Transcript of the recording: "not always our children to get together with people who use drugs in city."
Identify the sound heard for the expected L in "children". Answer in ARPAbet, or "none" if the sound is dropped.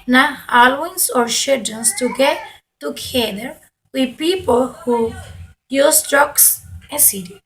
none